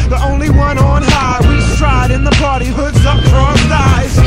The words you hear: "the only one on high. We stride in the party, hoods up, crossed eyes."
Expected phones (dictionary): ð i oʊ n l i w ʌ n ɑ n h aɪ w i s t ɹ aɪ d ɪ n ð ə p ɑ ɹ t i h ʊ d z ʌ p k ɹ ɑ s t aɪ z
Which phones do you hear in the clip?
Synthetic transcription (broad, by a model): ð i oʊ n l i w ʌ n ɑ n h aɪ w i s t ɹ aɪ d ɪ n ð ə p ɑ ɹ t i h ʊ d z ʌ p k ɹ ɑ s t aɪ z